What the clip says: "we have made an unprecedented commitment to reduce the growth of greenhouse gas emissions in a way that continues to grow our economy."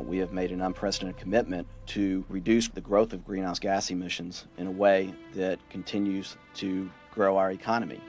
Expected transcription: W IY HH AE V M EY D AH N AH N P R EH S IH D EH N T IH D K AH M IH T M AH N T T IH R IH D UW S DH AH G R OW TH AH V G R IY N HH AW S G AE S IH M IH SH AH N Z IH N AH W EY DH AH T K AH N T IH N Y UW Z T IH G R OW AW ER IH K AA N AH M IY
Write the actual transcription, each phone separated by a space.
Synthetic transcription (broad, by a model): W IY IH V M EY D AH N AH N P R EH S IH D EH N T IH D K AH M IH T M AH N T T IH R IH D UW S DH AH G R OW TH AH V G R IY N HH AW S G AE S IH M IH SH AH N Z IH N AH W EY DH AH T K N T IH N Y UW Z T IH G R OW AW ER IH K AA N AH M IY